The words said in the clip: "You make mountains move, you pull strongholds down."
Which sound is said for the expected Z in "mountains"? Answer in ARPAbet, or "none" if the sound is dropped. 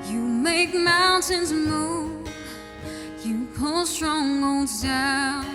Z